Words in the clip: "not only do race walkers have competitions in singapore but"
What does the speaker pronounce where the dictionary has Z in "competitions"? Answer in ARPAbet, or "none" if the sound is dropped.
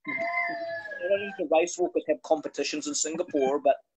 Z